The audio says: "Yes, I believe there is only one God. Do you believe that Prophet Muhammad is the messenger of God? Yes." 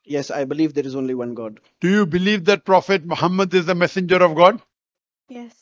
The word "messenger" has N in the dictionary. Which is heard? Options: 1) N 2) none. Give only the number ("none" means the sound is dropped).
1